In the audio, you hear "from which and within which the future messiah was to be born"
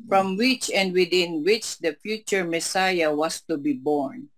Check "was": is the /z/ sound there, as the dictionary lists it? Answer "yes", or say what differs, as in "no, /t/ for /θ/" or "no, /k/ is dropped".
no, /s/ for /z/